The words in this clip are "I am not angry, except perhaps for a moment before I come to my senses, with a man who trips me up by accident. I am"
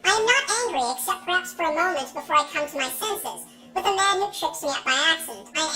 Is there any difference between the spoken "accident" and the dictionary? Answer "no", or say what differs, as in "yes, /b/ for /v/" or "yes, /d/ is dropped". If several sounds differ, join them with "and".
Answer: yes, /k/ is dropped